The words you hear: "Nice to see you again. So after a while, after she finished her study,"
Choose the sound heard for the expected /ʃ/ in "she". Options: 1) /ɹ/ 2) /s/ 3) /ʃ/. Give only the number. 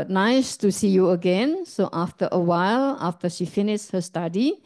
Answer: 3